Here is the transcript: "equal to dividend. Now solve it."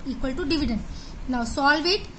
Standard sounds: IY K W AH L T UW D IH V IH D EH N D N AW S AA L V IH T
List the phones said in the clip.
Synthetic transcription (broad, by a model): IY K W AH L T UW D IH V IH D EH N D N AW S AA L V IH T